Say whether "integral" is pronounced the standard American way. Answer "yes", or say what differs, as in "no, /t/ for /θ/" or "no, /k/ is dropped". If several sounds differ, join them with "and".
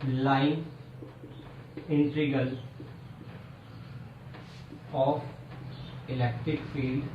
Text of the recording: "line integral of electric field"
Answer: no, /ɹ/ is dropped